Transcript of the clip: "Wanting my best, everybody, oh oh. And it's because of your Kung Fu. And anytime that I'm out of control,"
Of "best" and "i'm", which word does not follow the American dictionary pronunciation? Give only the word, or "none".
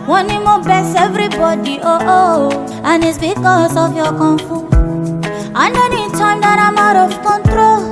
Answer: best